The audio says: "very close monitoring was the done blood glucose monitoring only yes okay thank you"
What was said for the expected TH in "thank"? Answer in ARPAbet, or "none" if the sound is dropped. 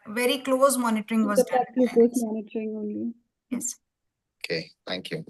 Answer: T